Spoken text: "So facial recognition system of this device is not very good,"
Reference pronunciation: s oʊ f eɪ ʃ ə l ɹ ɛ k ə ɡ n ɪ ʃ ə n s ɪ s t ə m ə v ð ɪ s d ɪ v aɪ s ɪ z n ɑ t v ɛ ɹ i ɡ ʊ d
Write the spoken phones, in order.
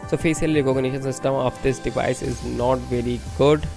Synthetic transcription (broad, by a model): s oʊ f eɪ s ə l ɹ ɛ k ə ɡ n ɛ ʃ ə n s ɪ s t ə m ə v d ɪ s d ɪ v aɪ s ɪ z n ɑ t v ɛ ɹ i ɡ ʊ d